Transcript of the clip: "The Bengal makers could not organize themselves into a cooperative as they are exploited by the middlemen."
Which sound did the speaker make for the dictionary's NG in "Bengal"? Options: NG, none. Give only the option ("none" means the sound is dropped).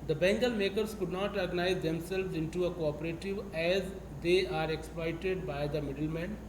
NG